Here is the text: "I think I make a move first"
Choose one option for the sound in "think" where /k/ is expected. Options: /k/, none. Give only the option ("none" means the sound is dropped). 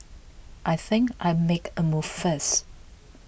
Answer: /k/